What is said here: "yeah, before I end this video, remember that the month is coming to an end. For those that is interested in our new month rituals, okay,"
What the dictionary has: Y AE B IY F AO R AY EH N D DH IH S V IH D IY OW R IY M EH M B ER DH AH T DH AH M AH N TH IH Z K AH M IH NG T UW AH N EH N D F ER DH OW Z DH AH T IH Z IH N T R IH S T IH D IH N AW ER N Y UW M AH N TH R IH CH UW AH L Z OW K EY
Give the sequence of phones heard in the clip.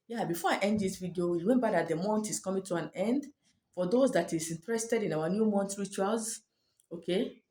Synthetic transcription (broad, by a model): Y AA B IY F AO AY EH N D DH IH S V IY D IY OW W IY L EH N B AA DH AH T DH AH M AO N T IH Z K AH M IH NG T UW AH N EH N D F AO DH OW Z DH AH T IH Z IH N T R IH S T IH D IH N AW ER N Y UW M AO N T R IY CH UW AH L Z OW K EY